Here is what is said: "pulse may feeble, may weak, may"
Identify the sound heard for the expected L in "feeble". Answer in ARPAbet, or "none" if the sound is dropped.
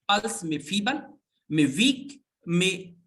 N